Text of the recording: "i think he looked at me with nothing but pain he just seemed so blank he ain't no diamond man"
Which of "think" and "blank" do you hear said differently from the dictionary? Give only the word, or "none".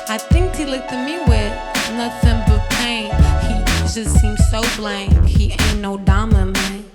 none